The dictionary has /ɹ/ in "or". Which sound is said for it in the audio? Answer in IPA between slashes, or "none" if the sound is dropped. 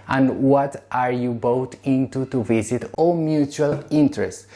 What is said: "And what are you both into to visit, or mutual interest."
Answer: /l/